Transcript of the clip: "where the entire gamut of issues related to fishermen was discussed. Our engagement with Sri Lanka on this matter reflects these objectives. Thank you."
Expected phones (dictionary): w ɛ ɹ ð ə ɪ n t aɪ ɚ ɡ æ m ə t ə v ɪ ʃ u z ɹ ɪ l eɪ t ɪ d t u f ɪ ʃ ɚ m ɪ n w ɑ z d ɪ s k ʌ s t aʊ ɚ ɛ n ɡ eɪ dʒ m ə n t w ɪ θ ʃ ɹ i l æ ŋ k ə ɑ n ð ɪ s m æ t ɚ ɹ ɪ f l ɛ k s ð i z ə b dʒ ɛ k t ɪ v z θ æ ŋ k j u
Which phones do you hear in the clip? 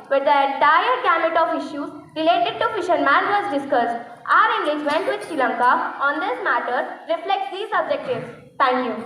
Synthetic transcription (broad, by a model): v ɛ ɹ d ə ɪ n t aɪ ɚ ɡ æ m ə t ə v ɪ ʃ u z ɹ ɪ l eɪ t ɪ d t u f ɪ ʃ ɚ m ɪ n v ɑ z d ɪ s k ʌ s t aʊ ɚ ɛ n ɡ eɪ dʒ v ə n t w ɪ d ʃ i l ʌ ŋ k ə ɑ n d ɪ s m æ t ɚ ɹ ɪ f l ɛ k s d i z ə b dʒ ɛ k t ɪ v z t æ ŋ k j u